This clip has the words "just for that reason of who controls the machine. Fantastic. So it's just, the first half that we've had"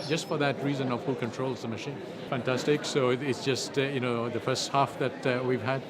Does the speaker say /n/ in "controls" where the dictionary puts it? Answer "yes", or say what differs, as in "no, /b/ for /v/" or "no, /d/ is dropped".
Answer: yes